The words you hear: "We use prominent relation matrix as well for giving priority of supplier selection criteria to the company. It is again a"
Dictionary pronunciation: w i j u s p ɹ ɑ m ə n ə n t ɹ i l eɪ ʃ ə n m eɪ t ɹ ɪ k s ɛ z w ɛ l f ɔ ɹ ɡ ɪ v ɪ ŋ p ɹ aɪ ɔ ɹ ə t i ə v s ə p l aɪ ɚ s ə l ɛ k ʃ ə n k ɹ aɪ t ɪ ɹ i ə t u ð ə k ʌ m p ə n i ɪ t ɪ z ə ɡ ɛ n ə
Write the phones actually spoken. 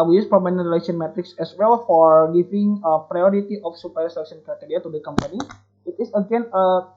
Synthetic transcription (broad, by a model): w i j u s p ɑ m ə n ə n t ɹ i l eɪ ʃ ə n m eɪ t ɹ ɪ k s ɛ s w ɛ l f ɔ ɹ ɡ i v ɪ ŋ p ɹ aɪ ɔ ɹ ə t i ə f s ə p aɪ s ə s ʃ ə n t ɹ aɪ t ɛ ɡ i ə t u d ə k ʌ m p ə n i ɪ t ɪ s ə ɡ ɛ n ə